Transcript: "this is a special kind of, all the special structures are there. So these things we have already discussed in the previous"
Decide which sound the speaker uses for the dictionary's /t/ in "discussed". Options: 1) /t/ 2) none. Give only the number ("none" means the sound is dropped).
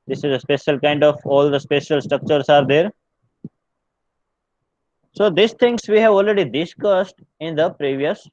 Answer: 1